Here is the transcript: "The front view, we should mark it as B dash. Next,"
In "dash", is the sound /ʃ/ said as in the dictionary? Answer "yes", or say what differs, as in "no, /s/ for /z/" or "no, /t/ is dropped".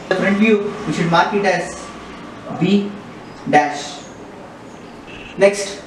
yes